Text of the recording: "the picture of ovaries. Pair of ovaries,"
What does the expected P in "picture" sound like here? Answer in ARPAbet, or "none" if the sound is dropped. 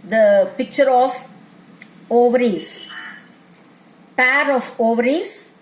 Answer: P